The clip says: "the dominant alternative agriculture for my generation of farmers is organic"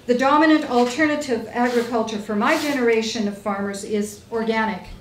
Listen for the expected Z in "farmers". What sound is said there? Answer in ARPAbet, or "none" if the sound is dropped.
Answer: Z